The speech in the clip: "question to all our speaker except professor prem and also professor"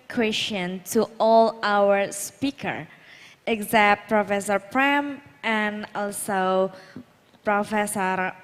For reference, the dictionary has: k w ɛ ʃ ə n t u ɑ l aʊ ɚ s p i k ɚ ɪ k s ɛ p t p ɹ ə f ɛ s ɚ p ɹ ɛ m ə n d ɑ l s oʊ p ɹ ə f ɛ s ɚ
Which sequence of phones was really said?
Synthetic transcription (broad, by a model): k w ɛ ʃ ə n t u ɑ l aʊ ɚ s p i k ɚ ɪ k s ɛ t p ɹ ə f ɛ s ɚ p ɹ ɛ m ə n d ɑ l s oʊ p ɹ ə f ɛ s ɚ